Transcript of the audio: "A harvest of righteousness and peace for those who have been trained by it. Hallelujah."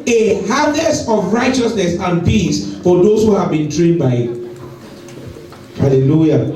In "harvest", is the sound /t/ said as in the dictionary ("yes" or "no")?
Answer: no